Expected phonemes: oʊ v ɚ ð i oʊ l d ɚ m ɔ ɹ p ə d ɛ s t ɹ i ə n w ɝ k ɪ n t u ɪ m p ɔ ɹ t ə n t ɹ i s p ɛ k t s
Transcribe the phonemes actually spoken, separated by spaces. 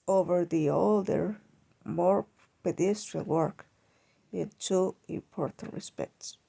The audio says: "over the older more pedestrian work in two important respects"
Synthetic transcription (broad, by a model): oʊ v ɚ ð i oʊ l d ɚ m ɔ ɹ p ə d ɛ s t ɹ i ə l w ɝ k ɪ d t u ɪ m p ɔ ɹ t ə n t ɹ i s p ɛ k t s